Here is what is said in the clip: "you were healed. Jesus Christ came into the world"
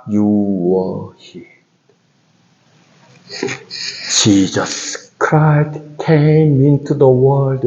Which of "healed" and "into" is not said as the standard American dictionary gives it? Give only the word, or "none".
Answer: healed